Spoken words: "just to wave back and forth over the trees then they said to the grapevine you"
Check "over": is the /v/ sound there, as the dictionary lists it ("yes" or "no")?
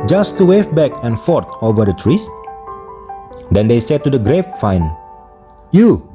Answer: yes